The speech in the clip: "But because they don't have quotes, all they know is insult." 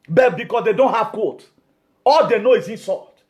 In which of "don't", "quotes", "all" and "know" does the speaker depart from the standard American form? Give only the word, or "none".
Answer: quotes